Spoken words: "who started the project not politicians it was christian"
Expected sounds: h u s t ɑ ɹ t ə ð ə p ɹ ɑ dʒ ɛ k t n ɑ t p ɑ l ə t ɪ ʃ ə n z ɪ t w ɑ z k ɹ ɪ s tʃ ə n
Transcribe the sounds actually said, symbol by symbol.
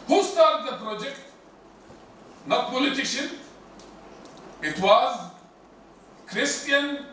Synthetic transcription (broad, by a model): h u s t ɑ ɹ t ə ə p ɹ ɑ dʒ ɛ k t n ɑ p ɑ l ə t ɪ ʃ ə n ɪ t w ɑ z k ɹ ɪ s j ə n